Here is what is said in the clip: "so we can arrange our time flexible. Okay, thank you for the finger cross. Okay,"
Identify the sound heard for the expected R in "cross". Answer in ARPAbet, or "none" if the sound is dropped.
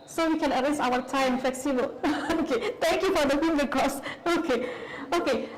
none